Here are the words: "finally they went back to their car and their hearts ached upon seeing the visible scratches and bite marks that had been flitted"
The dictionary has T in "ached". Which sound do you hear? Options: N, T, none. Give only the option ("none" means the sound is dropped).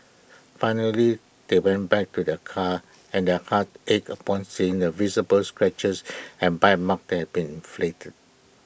none